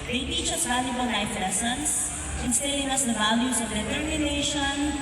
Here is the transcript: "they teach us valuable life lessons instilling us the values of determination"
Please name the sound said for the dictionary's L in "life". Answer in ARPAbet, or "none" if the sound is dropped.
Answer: N